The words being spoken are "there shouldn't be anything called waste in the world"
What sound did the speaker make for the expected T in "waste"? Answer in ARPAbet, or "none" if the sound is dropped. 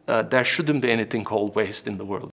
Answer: T